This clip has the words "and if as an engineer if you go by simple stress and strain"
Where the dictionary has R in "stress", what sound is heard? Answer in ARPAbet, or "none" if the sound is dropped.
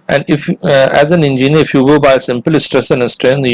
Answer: R